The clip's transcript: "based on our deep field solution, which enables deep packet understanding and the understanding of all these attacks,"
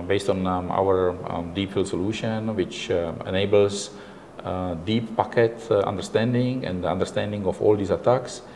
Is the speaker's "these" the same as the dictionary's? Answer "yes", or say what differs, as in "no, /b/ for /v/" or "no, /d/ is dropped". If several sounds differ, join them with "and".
no, /s/ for /z/